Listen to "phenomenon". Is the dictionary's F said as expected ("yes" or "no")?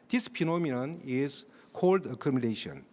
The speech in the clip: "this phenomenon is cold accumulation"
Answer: no